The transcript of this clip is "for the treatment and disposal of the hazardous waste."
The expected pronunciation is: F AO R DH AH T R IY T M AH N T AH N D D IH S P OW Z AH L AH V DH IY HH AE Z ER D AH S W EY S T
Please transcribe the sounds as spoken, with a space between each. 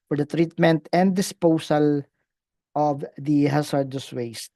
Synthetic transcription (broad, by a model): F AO R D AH T R IY T M AH N T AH N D D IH S P OW S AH L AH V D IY HH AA S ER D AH S W EY S T